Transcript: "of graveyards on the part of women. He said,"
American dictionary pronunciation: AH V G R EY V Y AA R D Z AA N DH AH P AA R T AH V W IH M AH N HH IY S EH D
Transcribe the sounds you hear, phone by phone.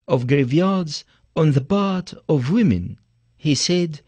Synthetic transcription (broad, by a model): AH V G R EY V Y AA R D Z AA N DH AH B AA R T AH V W IH M AH N HH IY S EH D